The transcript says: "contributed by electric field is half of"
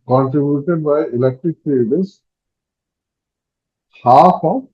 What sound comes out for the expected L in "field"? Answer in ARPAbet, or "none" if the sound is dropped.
none